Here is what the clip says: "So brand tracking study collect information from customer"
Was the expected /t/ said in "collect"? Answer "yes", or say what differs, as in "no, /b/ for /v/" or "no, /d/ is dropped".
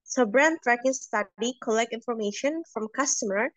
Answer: yes